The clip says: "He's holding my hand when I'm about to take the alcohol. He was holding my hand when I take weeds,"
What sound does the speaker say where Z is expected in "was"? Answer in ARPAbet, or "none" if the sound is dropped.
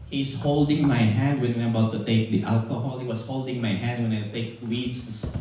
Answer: S